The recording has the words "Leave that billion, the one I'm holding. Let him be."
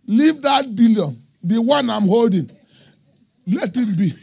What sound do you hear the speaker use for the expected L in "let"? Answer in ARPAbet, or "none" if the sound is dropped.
L